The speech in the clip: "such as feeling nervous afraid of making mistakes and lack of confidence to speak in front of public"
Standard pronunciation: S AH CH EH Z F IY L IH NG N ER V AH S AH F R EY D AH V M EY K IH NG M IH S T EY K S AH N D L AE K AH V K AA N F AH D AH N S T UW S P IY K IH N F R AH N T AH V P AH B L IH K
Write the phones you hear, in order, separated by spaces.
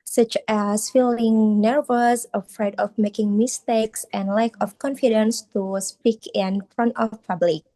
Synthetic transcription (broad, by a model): S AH CH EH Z F IY L IH NG N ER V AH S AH F R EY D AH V M EY K IH NG M IH S T EY K S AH N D L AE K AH F K AA N F AH D AH N S T UW S P IY K IH N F R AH N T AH F P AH B L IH K